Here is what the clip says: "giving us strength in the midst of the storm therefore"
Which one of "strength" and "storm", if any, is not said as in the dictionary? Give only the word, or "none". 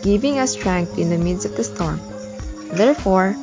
strength